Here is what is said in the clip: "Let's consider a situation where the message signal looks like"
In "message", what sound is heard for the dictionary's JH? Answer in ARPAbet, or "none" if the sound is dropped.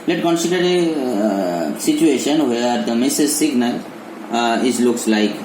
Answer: Z